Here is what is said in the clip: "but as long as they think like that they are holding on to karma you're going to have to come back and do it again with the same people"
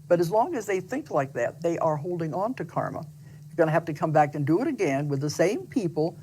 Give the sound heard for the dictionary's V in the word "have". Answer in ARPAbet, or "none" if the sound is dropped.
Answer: F